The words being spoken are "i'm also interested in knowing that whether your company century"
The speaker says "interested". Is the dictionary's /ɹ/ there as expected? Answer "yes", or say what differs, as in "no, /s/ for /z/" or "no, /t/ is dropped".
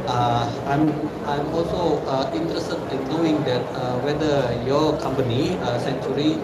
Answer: yes